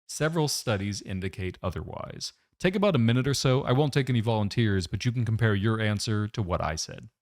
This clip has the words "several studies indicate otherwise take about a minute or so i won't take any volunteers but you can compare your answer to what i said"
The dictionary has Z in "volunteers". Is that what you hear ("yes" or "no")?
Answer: yes